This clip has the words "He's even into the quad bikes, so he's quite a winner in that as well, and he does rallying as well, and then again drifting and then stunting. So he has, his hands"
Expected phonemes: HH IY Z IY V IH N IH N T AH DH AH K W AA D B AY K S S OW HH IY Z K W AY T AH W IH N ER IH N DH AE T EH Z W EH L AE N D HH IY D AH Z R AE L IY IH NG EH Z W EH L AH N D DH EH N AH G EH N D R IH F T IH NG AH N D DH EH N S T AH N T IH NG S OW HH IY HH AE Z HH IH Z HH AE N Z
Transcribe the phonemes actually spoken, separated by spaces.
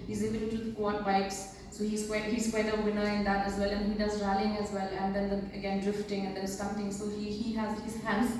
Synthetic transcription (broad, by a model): HH IY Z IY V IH IH T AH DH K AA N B AY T S S OW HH IY S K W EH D AH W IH N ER IH N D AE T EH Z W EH L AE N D HH IY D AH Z R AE L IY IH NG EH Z W EH L AH N D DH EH N AH G EH N D R IH F T IH NG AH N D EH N S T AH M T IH NG S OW HH IY HH AE Z HH IH Z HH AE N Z